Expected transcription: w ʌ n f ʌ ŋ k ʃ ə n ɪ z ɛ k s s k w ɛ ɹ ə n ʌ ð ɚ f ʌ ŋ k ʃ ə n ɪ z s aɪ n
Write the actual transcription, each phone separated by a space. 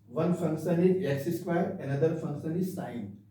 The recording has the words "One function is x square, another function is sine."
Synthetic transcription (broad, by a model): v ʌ n f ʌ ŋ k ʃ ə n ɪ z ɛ s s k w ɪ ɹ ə n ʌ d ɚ f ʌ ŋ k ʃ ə n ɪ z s aɪ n